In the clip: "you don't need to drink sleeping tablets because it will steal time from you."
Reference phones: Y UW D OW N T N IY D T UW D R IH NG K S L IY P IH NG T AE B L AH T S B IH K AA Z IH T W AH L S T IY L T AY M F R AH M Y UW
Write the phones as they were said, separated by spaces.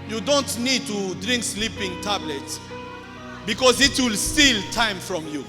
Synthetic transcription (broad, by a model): Y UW D OW N T N IY D T UW D R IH NG K S L IY P IH NG T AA B L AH T S B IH K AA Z IH T W AH L S T IY L T AY M F R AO M Y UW